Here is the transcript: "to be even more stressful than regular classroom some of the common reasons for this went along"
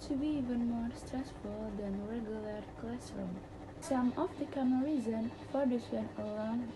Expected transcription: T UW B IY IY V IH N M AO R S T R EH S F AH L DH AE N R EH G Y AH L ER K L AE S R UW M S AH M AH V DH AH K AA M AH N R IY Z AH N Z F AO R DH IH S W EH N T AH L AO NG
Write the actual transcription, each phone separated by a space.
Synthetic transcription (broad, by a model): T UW B IY IY V IH N M AO R S T R EH S F AH L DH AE N R EH G Y AH L ER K L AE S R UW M S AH M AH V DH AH K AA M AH R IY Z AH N F AO R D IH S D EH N AH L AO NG